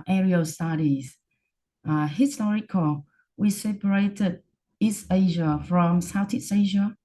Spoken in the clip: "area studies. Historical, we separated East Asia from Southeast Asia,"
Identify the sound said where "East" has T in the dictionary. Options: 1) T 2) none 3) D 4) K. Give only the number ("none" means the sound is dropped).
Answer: 1